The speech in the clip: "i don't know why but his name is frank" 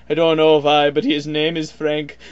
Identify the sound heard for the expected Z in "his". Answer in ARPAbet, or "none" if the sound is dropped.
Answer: Z